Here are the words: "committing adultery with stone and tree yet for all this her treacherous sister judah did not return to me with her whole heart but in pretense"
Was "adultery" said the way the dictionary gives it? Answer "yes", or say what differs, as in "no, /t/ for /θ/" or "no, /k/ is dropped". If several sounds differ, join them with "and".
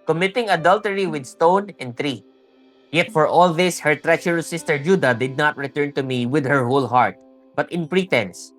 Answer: yes